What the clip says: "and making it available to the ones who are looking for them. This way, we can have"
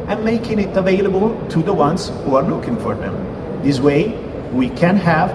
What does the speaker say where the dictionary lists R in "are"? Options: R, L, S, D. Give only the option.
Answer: R